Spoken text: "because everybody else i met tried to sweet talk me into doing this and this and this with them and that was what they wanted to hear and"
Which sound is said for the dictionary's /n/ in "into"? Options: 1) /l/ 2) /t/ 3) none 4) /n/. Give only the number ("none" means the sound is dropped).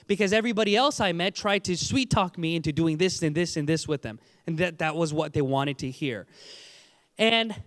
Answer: 4